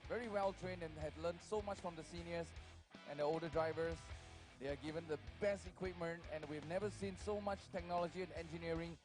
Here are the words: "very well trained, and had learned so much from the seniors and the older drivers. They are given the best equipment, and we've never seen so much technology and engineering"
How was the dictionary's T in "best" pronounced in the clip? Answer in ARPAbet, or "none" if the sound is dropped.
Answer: T